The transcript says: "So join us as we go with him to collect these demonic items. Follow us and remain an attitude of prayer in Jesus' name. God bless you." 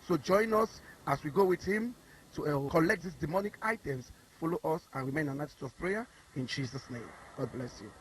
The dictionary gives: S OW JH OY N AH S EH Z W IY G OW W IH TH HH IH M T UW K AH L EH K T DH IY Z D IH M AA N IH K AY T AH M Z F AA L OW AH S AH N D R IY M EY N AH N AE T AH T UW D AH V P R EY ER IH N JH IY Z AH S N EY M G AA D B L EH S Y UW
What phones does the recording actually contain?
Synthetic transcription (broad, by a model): S OW JH OY N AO S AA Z W IY G OW W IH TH HH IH M T UW K AH L EH K T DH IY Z D IH M AA N IH K AY T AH M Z F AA L OW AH S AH N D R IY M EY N AH N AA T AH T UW AH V P R EY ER IH N JH IY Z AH S N EY M G AA D B L EH S Y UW